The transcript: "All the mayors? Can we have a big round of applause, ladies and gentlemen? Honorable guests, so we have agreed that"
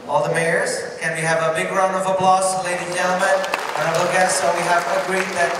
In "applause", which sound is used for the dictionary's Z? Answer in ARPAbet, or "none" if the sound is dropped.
S